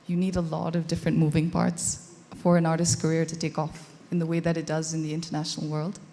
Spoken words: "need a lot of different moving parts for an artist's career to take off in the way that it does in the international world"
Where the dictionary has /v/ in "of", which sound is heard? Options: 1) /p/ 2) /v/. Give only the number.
2